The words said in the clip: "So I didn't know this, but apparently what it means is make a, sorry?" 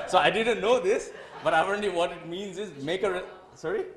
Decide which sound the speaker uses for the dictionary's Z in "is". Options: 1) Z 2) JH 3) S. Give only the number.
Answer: 1